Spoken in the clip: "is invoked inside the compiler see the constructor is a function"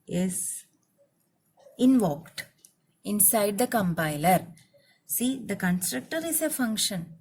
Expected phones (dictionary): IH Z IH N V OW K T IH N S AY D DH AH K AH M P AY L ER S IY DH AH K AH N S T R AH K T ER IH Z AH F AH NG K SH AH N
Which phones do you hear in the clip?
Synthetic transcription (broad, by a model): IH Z IH N V OW K T IH N S AY D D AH K AH M P AY L ER S IY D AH K AH N S T R AH K T ER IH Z AH F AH NG K SH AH N